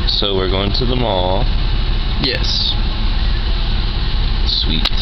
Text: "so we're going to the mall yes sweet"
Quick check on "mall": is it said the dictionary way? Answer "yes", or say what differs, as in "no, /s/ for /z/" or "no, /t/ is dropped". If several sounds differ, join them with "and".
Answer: yes